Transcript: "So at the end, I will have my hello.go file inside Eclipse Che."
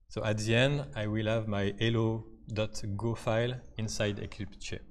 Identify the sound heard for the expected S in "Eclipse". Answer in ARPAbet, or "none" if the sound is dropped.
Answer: none